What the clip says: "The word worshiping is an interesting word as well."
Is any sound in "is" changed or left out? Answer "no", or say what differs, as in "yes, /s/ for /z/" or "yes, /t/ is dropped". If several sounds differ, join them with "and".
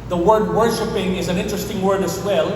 no